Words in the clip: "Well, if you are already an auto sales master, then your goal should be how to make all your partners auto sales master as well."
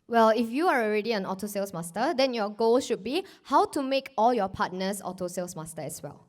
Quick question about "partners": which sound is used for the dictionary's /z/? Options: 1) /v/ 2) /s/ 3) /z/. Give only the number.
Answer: 2